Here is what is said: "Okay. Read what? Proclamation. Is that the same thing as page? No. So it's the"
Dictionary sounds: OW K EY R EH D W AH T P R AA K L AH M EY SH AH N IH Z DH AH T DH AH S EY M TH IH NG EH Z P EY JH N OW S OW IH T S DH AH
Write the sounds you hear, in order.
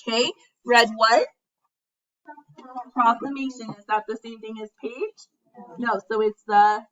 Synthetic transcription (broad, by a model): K EY R EH D W AH T P R AA K L AH M EY SH AH N IH Z DH AH T DH AH S EY M TH IH NG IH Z P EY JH N OW S OW IH T S DH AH